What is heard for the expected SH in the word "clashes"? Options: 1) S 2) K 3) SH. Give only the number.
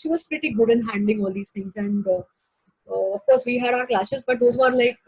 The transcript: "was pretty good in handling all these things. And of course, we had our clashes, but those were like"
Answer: 1